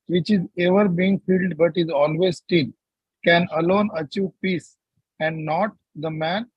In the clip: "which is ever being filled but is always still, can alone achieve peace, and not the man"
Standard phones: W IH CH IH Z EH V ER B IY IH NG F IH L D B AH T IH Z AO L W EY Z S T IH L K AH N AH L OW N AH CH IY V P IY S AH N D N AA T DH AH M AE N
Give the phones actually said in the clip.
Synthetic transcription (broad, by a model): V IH CH IH Z EH V ER B IY IH NG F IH L D B AH T IH Z AO L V EY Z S T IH N K AH N AH L OW N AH CH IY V P IY S AH N D N AA T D AH M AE N